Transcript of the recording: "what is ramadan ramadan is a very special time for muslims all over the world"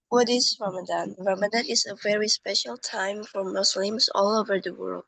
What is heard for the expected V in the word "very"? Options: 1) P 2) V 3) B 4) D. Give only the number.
2